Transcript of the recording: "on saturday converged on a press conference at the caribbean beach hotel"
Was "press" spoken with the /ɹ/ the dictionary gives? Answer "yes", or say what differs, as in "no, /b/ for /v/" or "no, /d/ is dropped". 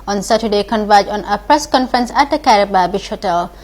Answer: yes